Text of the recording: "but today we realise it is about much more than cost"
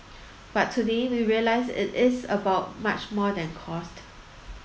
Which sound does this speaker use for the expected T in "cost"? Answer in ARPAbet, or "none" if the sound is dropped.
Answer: T